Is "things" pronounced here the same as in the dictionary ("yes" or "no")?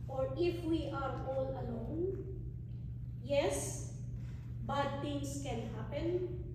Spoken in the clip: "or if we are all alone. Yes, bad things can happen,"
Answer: no